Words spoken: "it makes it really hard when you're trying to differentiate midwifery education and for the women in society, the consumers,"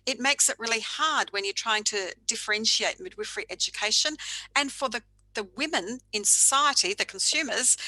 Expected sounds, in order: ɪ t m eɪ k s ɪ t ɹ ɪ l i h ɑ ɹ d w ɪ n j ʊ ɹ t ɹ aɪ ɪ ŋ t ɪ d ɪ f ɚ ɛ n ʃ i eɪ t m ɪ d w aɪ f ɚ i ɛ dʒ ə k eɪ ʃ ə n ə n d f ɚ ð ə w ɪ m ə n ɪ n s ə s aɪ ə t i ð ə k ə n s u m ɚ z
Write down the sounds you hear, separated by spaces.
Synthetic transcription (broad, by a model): ɪ t m eɪ k s ɪ t ɹ ɪ l i h ɑ ɹ d w ɪ n j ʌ ɹ t ɹ aɪ ɪ ŋ t ɪ d ɪ f ɚ ɛ n ʃ i eɪ t m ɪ d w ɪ f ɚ i ɛ dʒ ə k eɪ ʃ ə n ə n f ɚ ð ə w ɪ m ə n ɪ n s ə s aɪ ə t i ð ə k n s u m ɚ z